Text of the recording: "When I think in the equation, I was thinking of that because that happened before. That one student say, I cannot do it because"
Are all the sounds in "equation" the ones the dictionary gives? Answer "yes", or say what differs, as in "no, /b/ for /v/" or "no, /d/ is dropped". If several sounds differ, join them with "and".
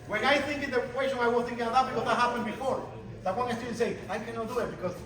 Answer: no, /s/ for /ʒ/